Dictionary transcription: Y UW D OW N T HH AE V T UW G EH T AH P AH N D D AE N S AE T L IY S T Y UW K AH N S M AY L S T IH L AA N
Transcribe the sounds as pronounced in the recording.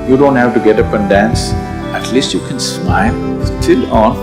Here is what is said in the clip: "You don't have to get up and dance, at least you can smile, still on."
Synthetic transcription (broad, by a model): Y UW D OW N T HH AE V T UW G EH T AH P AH N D D AE N S AE T L IY S T Y UW K AH N S M AY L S T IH L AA N